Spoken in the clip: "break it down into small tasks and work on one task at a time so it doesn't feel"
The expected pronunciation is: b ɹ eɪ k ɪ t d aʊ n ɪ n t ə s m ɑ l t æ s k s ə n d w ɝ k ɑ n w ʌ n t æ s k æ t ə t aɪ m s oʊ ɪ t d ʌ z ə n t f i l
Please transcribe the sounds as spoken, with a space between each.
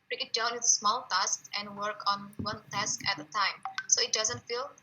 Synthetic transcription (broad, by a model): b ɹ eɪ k ɪ t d aʊ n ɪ t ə s m ɑ l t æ s k ə n d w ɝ k ɑ n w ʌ n t æ s k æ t ə t aɪ m s oʊ ɪ t d ʌ z ə n t f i l